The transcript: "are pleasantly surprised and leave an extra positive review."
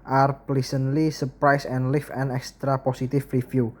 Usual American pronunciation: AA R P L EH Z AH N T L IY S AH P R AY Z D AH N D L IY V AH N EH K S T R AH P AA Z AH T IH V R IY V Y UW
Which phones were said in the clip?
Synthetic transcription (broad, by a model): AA R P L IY S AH N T L IY S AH P R AY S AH N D L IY F AH N EH K S T R AH P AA S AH T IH F R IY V Y UW